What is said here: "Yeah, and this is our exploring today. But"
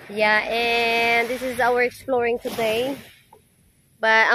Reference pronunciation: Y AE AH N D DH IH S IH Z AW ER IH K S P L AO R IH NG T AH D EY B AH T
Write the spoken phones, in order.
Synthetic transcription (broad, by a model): Y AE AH N DH IH S IH Z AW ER IH K S P L AO R IH NG T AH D EY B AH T